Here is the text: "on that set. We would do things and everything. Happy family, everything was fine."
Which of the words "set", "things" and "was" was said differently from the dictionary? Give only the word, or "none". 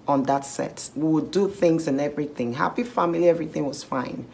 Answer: none